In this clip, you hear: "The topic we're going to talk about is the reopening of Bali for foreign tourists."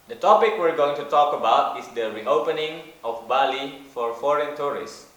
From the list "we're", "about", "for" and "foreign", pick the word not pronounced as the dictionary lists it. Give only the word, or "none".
none